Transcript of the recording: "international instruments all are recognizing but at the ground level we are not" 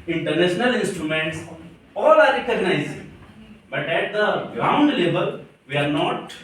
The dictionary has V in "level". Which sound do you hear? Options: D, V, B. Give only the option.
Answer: B